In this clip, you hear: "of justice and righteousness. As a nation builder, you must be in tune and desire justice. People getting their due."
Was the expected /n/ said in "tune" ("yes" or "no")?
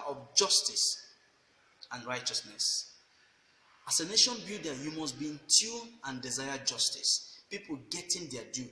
no